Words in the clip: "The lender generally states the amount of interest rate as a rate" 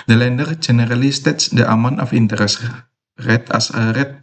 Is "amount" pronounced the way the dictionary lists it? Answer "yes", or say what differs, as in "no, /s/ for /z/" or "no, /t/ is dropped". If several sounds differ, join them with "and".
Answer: no, /t/ is dropped